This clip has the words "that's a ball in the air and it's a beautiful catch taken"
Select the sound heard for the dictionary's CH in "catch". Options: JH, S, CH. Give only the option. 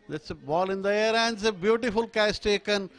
S